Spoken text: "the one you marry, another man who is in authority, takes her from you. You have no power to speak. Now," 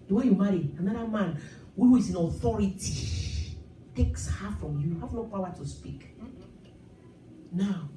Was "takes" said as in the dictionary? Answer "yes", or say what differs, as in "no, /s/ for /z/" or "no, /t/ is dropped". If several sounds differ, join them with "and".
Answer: yes